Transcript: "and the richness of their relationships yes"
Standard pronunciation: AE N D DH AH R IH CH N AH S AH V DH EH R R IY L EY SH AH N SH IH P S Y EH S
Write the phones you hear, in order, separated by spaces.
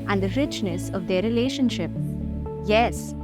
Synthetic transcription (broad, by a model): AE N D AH R IH CH N AH S AH V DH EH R R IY L EY SH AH N SH IH P Y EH S